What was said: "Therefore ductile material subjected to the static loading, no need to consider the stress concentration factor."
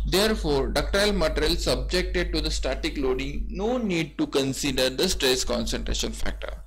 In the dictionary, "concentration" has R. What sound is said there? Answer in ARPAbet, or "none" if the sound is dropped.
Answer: R